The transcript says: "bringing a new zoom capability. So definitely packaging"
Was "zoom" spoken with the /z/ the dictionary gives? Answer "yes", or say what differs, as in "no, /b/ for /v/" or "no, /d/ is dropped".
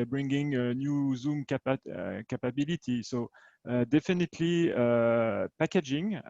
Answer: yes